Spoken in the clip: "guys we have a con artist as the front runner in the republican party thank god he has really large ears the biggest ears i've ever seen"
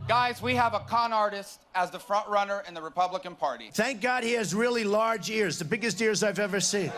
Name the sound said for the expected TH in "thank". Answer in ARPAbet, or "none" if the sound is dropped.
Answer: TH